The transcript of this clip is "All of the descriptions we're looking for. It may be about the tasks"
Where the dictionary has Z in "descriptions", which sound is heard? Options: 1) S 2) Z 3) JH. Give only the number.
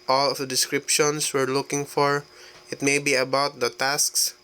1